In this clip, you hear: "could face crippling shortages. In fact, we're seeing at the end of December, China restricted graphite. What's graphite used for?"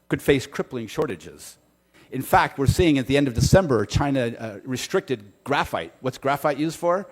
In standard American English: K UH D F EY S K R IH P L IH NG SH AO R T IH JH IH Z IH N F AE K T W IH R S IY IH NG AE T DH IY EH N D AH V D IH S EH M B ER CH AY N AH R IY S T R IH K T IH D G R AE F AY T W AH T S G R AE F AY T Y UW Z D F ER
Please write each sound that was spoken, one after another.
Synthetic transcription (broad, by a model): K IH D F EY S K R IH P L IH NG SH AO R T IH JH IH Z IH N F AE K T W IH R S IY IH NG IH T DH IY EH N D AH V D IH S EH M B ER CH AY N AH R IY S T R IH K T IH D G R AE F AY T W AH T S G R AE F AY T Y UW Z D F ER